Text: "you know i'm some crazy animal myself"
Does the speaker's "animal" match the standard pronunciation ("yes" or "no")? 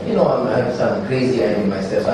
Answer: no